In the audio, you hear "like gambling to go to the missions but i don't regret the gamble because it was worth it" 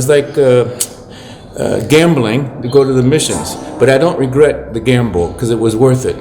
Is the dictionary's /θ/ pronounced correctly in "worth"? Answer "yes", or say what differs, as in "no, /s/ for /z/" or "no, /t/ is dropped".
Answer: yes